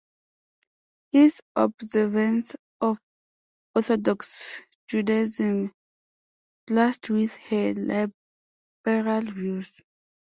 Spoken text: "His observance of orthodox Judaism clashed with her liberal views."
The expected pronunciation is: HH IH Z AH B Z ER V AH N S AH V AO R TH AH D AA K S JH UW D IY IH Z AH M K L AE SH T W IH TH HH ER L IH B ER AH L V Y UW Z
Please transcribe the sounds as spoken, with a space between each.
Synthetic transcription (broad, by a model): HH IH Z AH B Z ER V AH N S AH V AO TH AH D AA K S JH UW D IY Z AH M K L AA S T W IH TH HH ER L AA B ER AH L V Y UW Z